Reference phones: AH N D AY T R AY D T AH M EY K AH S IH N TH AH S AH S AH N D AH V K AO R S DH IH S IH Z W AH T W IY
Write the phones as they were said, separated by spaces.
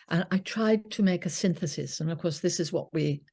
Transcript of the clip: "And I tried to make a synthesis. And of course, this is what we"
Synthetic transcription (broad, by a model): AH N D AY T R AY D T AH M EY K AH S IH N TH AH S AH S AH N AH V K AO R S DH IH S IH Z W AH T W IY